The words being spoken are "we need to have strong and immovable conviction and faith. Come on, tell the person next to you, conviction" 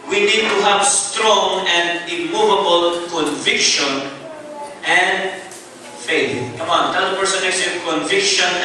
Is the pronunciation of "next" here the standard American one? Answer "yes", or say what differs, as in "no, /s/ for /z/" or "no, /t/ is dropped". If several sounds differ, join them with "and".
no, /k/ is dropped